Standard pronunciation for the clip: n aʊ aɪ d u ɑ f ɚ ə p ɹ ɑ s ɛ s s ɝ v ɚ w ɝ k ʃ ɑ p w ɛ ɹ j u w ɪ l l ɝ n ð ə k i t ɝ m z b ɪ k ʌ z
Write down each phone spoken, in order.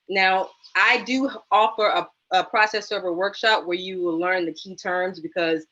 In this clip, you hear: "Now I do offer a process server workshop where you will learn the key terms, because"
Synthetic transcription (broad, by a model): n aʊ aɪ d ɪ ɑ f ɚ ə p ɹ ɑ s ɛ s s ɝ v ɚ w ɝ k ʃ ɑ p w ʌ ɹ j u w ɪ l l ɝ n ð ə k i t ɝ m z b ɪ k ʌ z